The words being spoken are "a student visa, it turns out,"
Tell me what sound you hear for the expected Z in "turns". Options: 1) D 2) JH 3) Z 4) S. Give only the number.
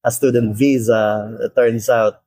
4